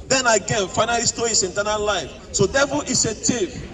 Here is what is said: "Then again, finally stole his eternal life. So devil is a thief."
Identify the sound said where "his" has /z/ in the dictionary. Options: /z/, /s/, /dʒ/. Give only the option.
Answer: /s/